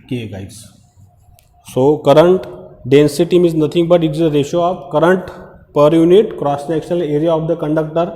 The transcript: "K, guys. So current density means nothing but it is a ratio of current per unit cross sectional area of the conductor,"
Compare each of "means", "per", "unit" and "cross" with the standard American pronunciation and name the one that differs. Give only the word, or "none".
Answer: means